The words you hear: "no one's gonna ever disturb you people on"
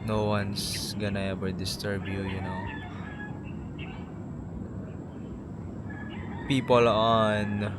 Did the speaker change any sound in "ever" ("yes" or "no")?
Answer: yes